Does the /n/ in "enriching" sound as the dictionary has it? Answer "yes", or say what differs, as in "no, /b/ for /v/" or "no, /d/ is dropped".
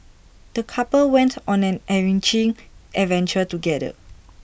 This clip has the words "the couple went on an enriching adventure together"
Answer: no, /n/ is dropped